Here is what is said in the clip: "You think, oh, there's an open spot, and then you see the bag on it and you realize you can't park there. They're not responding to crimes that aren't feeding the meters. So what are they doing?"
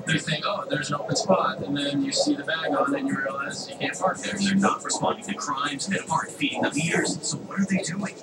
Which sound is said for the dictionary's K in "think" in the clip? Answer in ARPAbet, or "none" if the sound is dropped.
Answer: none